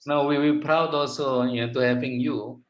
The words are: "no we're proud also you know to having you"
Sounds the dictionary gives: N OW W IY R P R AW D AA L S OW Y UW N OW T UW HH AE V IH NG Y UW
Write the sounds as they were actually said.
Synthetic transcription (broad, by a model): N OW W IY W P R AW D AA L S OW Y N OW T UW HH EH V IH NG Y UW